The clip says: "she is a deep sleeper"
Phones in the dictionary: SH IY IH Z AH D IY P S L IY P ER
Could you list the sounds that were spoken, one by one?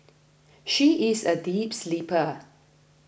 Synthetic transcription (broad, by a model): SH IY IH Z AH D IY P S L IY P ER